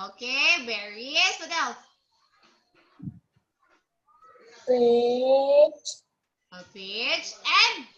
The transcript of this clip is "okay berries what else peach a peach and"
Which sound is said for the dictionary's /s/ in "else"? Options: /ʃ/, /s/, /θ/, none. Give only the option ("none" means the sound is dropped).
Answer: none